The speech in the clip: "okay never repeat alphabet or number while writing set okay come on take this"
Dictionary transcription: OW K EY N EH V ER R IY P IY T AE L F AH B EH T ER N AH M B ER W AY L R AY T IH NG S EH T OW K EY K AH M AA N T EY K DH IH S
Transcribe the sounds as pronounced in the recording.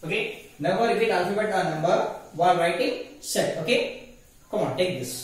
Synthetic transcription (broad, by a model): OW K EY N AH B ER R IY F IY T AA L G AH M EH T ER N AH M B ER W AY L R AY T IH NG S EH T OW K EY K AH M AA N T EY K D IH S